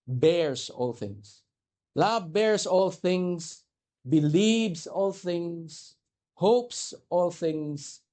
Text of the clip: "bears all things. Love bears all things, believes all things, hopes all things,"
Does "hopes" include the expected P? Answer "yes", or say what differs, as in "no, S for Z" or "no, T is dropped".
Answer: yes